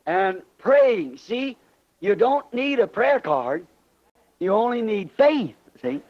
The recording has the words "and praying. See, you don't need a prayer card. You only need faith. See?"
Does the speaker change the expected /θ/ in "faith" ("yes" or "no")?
no